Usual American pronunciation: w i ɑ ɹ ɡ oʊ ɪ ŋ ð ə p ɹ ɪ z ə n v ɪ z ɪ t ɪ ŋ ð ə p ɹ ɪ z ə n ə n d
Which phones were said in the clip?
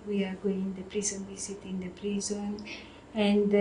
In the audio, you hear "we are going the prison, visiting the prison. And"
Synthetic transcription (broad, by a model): w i ɑ ɹ ɡ oʊ ɪ ŋ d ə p ɹ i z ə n w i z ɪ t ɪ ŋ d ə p ɹ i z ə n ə n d